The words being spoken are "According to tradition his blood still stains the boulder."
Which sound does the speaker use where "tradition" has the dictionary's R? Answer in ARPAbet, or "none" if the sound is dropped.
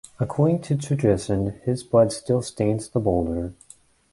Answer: none